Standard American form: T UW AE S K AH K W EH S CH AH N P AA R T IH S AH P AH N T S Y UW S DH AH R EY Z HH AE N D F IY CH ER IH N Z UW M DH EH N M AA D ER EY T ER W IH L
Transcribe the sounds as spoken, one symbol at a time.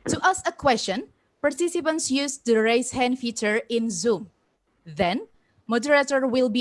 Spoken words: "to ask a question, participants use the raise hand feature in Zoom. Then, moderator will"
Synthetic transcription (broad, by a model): T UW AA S AH K W EH S CH AH N P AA R T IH S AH P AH N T S Y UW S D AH R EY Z HH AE N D F IY CH ER IH N Z UW M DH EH N M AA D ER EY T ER W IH L